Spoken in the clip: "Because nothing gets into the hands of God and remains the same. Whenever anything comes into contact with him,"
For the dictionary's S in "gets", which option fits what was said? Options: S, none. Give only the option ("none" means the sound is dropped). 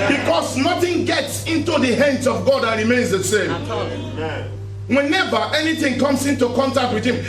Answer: S